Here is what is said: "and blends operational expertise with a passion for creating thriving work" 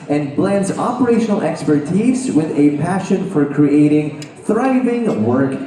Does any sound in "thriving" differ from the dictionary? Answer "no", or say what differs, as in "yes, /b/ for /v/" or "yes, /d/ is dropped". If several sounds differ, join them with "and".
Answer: no